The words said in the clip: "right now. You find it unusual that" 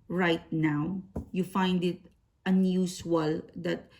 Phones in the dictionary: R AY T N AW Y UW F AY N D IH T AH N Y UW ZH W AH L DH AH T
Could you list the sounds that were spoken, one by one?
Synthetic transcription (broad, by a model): R AY T N AW Y UW F AY N D IH T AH N Y UW S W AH L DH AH T